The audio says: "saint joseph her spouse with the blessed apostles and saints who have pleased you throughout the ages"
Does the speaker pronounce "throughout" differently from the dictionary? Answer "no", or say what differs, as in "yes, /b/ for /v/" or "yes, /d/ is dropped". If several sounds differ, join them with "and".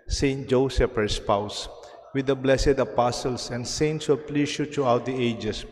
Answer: yes, /t/ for /θ/